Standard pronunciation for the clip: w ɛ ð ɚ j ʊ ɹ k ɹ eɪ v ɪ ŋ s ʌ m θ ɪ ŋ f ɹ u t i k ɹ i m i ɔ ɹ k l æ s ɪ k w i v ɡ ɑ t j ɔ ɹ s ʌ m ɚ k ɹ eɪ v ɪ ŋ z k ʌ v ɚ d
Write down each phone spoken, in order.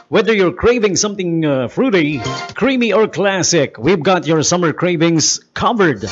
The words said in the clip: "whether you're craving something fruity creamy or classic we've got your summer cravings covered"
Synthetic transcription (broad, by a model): w ɛ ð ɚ j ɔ ɹ k ɹ eɪ v ɪ ŋ s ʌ m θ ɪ ŋ f ɹ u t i k ɹ i m i ɔ ɹ k l æ s ɪ k w i v ɡ ɑ t j ɔ ɹ s ʌ m ɚ k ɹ eɪ v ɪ ŋ s k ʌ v ɚ d